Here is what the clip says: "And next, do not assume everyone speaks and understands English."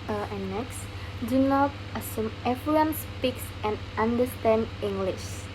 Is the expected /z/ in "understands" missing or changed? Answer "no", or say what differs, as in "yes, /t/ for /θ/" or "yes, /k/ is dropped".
yes, /z/ is dropped